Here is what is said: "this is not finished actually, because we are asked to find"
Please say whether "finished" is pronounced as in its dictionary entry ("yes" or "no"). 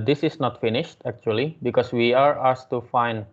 yes